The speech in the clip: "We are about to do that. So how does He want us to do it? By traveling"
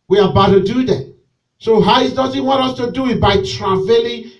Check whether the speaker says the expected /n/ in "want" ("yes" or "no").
no